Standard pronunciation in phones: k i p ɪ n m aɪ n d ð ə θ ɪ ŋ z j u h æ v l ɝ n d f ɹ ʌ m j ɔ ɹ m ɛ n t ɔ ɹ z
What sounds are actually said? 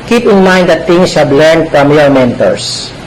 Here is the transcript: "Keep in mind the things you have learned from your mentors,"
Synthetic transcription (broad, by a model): k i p ɪ n m aɪ n d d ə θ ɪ ŋ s h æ b l ɝ n d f ɹ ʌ m j ɔ ɹ m ɛ n t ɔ ɹ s